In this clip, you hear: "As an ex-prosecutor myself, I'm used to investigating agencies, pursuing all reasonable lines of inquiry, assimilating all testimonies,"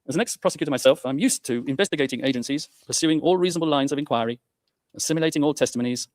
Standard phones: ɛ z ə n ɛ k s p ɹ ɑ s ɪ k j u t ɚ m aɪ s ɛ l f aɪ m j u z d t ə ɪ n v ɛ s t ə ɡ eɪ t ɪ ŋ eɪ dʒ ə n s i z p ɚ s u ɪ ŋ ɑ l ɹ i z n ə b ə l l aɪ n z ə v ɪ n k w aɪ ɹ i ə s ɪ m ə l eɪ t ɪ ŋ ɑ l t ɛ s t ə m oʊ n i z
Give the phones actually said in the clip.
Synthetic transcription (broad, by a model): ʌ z ə n ɛ k s p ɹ ɑ s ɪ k j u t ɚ m aɪ s ɛ l f aɪ m j u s t ə ɪ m v ɛ s t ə ɡ eɪ t ɪ ŋ eɪ dʒ ə n s i z p ɚ s u ɪ ŋ ɑ l ɹ i z n ə b ə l l aɪ n z ə v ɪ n k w aɪ ɹ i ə s ɪ m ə l eɪ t ɪ ŋ ɑ l t ɛ s t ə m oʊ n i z